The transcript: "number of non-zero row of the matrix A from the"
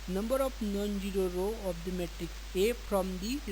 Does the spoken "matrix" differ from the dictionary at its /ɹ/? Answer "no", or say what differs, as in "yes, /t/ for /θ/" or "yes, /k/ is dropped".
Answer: yes, /ɹ/ is dropped